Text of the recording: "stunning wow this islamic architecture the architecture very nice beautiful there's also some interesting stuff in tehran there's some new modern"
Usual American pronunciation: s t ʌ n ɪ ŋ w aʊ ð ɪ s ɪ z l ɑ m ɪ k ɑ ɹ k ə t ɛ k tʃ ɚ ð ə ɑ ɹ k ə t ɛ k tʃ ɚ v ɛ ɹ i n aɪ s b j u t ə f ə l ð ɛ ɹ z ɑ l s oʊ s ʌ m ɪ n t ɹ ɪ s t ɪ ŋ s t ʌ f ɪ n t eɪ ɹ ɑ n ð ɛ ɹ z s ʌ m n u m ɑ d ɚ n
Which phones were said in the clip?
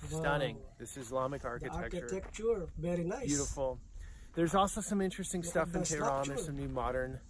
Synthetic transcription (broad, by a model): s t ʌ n ɪ ŋ ð ɪ s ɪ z l ɑ m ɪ k ɑ ɹ k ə t ɛ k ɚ k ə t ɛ k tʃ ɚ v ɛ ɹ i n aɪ b j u t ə f l ð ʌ ɹ z ɑ l s oʊ s ʌ m ɪ n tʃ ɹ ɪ s t ɪ ŋ s t ʌ f ɪ n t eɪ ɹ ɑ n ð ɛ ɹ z s ʌ m n u m ɑ d ɚ n